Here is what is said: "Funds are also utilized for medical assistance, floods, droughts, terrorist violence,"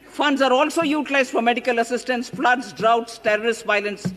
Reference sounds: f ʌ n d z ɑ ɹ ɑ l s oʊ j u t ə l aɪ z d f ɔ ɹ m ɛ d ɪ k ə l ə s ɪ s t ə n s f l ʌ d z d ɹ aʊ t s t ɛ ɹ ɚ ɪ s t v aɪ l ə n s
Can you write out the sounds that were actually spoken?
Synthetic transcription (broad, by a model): f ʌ n d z ɑ ɹ ɑ l s oʊ j u t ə l aɪ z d f ɔ ɹ m ɛ d ɪ k ə l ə s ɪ s t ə n s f l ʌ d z d ɹ aʊ t s t ɛ ɹ ɚ ɪ s t v aɪ l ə n s